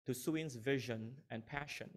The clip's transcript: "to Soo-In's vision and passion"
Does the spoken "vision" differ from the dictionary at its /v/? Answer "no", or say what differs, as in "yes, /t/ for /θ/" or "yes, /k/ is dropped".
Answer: no